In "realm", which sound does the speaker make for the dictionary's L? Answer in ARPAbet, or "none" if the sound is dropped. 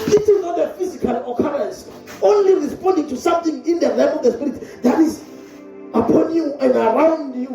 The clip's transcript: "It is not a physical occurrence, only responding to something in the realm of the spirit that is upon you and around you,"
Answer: none